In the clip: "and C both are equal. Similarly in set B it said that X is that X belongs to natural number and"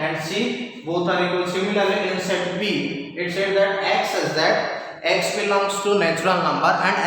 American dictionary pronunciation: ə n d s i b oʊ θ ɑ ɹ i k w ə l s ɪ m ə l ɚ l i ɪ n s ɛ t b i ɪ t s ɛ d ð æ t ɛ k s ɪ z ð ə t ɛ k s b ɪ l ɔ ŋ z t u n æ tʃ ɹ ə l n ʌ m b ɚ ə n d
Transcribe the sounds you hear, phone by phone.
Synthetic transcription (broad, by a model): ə n d s i b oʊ t ɑ ɹ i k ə s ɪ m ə l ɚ l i ɪ n s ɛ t b i ɪ t s ɛ d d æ t ɛ k s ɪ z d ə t ɛ k s b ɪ l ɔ ŋ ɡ t u n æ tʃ ɹ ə l n ʌ m b ɚ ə n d